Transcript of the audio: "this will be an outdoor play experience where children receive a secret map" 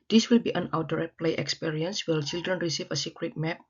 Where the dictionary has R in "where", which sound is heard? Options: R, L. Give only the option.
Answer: L